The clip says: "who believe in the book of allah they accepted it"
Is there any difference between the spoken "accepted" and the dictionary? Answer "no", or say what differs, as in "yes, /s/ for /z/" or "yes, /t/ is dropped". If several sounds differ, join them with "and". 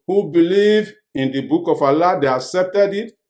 no